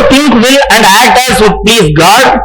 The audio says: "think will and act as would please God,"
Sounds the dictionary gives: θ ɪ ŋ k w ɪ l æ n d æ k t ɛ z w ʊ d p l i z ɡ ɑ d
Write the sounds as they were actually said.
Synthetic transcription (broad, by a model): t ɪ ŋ k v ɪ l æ n d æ t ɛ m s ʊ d p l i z ɡ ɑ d